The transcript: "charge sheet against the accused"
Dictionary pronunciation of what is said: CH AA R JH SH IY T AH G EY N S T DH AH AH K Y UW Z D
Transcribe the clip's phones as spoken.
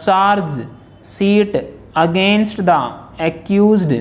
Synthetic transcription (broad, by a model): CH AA R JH S IY T AH G EY N S T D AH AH K Y UW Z D